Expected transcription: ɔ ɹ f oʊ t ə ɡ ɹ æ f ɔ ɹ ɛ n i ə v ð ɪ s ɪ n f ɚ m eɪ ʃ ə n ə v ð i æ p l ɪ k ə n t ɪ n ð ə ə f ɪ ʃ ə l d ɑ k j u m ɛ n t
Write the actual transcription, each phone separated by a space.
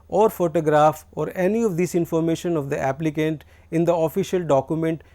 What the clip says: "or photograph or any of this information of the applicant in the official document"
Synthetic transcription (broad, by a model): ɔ ɹ f oʊ t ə ɡ ɹ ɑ f ɔ ɹ ɛ n i ə v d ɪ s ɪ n f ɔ m eɪ ʃ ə n ə v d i æ p l ɪ k ə n t ɪ n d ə ə f ɪ ʃ ə l d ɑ k j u m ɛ n t